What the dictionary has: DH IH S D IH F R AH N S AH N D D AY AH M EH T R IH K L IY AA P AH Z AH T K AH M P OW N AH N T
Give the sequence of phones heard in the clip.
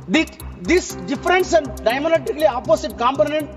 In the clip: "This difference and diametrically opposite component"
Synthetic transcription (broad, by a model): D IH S D IH F R AH N S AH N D D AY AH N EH T IH K L IY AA P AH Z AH T K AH M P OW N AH N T